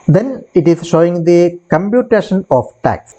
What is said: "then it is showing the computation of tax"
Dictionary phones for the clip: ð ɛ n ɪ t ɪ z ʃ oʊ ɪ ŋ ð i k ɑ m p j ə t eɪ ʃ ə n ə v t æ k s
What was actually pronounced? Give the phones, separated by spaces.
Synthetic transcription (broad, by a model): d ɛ n ɪ t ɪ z ʃ oʊ ɪ ŋ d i k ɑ m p j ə t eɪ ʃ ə n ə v t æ k s